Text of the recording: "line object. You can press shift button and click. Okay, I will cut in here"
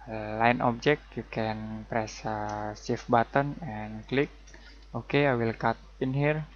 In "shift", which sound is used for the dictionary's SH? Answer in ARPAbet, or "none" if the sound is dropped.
S